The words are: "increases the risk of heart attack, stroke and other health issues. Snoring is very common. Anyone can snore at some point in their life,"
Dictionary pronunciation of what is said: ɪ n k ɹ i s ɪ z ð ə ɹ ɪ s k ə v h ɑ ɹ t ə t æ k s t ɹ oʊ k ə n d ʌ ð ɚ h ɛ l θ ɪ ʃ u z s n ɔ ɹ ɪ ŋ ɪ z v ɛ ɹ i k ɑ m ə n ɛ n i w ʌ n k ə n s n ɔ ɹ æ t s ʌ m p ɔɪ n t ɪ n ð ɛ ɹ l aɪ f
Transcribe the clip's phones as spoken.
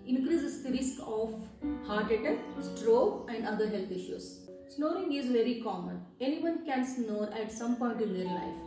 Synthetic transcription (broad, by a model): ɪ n k ɹ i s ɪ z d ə ɹ ɪ s k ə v h ɑ ɹ t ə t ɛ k s t ɹ oʊ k ə n d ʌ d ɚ h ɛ l t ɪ ʃ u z s n ɔ ɹ ɪ ŋ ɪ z v ɛ ɹ i k ɑ m ə n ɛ n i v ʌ n k ə n s n ɔ ɹ æ t s ʌ m p ɔɪ n t ɪ n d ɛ ɹ l aɪ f